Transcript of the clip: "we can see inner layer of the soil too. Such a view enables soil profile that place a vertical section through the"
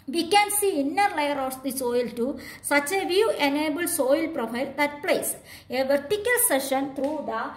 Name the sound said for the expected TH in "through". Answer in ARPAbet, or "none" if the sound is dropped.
T